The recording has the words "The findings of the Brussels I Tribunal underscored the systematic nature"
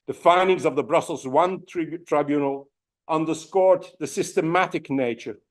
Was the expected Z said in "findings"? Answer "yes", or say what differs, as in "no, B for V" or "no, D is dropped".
yes